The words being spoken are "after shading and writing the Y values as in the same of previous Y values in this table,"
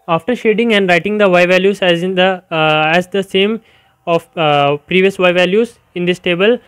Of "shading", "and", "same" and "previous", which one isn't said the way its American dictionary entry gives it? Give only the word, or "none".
none